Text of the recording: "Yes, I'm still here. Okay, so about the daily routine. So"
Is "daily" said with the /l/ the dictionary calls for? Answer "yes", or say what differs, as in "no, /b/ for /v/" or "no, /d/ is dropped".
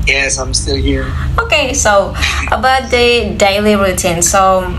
yes